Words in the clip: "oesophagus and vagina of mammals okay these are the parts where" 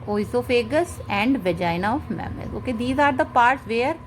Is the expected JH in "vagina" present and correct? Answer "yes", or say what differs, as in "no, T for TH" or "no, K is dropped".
yes